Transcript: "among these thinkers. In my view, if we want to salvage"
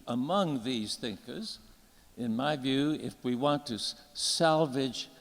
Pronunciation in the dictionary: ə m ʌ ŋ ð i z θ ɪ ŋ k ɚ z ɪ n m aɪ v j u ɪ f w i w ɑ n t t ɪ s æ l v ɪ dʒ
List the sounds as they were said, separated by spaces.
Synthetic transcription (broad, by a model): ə m ʌ ŋ ð i z θ ɪ ŋ k ɚ z ɪ n m aɪ v j u ɪ f w i w ɑ n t t ɪ s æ l v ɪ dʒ